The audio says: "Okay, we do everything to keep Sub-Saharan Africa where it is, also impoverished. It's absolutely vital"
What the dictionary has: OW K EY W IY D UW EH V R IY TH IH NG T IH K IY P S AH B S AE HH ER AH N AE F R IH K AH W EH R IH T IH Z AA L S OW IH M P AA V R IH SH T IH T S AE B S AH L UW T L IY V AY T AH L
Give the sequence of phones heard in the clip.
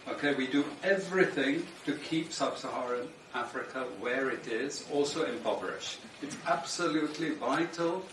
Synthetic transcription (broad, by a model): OW K EY W IY D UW EH V R IY TH IH NG T IH K IY P S AH B S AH HH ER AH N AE F R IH K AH W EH R IH T IH Z AA L S OW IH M B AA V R IH SH IH T S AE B S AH L UW T L IY V AY T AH L